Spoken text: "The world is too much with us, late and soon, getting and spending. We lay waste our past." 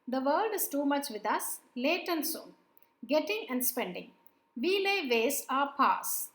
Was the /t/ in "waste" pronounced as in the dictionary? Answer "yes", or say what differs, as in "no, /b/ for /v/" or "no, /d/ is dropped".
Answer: no, /t/ is dropped